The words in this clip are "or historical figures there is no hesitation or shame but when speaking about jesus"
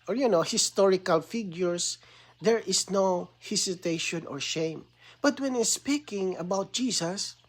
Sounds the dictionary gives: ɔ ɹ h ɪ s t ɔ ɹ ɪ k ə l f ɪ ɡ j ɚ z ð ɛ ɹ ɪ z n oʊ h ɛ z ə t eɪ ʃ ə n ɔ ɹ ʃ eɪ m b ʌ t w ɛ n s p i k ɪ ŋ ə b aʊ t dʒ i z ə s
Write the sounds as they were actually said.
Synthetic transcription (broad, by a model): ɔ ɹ h ɪ s t ɔ ɹ ɪ k ə l f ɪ ɡ j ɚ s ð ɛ ɹ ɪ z n oʊ h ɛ s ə t eɪ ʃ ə n ɔ ɹ ʃ eɪ m b ʌ t w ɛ n s p i k ɪ ŋ ə b aʊ t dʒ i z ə s